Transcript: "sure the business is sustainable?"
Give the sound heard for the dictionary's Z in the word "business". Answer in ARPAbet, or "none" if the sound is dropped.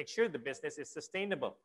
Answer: Z